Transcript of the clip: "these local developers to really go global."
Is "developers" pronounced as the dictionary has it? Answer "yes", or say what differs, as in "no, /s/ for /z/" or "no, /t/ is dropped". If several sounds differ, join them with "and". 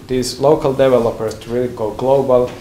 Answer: no, /s/ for /z/